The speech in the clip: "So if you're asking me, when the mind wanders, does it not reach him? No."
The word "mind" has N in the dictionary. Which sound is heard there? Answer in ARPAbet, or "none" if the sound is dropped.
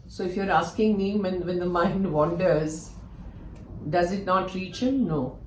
N